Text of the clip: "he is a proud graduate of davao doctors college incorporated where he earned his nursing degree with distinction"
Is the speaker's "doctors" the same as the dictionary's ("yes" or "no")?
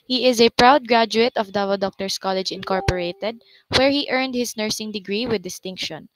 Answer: no